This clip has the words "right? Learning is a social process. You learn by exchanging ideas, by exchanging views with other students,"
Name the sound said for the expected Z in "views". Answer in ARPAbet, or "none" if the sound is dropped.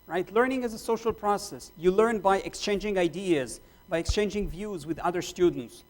Z